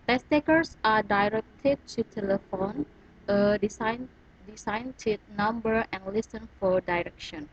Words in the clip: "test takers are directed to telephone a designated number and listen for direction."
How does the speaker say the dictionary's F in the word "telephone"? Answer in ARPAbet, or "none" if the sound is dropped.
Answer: F